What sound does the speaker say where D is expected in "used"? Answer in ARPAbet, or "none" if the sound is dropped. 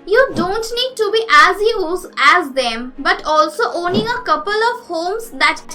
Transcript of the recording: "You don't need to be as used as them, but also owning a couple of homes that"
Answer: none